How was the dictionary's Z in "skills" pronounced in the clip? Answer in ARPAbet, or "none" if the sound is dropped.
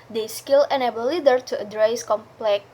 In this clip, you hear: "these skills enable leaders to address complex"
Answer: none